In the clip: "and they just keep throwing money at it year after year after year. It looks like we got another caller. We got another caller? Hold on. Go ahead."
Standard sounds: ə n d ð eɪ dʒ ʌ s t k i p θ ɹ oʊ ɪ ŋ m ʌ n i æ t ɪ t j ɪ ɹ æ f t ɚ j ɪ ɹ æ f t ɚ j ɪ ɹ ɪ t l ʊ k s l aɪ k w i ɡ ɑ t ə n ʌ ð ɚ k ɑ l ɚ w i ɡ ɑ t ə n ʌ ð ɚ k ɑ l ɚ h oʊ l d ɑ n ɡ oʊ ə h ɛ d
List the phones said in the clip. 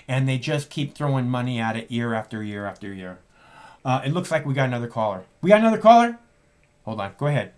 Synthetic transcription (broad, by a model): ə n ð eɪ dʒ ʌ s k i p θ ɹ oʊ ɪ ŋ m ʌ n i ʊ t ɪ t j ɪ ɹ æ f t ɚ j ɪ ɹ æ f t ɚ j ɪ ɹ ɪ t l ʊ k s l aɪ k w i ɡ ɑ t ə n ʌ ð ɚ k ɑ l ɚ w i ɡ ɑ t ə n ʌ ð ɚ k ɑ l ɚ h oʊ l d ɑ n ɡ oʊ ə h ɛ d